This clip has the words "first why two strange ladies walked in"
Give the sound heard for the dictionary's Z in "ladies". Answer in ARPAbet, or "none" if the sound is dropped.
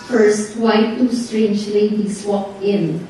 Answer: S